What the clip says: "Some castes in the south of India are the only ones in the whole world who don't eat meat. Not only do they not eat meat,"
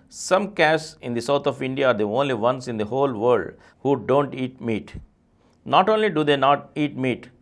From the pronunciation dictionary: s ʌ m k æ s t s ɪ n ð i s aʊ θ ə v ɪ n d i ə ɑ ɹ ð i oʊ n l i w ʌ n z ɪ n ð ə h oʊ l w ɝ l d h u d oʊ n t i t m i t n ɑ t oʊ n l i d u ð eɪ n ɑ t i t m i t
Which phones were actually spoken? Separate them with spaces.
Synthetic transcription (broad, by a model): s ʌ m k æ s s ɪ n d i s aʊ t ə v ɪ n d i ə ɑ ɹ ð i oʊ n l i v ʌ n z ɪ n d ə h oʊ l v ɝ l d h u d oʊ n t i t m i t n ɑ t oʊ n l i d u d eɪ n ɑ t i t m i t